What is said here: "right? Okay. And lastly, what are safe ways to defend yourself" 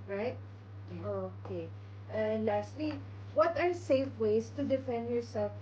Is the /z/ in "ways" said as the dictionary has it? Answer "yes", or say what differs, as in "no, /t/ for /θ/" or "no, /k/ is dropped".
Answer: no, /s/ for /z/